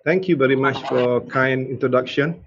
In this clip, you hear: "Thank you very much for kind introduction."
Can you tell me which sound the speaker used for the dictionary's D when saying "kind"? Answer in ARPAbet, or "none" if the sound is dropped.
none